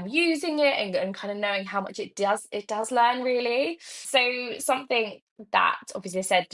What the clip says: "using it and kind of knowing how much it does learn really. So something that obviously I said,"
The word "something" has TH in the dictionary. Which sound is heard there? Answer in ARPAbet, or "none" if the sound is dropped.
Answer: TH